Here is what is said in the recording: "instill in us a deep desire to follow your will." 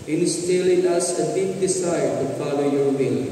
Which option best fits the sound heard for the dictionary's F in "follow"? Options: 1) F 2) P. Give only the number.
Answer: 2